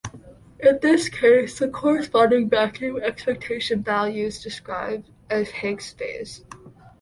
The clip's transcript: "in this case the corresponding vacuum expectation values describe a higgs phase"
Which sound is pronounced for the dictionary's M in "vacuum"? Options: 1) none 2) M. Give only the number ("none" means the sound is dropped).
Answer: 1